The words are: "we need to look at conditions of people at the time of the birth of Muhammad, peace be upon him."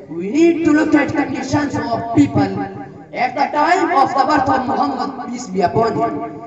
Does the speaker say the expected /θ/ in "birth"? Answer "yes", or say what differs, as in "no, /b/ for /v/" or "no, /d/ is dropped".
no, /t/ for /θ/